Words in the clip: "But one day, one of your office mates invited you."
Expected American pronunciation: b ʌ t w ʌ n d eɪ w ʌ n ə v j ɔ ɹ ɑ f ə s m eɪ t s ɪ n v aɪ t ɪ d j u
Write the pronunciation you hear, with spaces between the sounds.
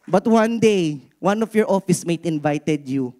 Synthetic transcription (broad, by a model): b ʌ t w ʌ n d eɪ w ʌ n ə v j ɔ ɹ ɑ f ə s m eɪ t ɪ n v aɪ t ɪ d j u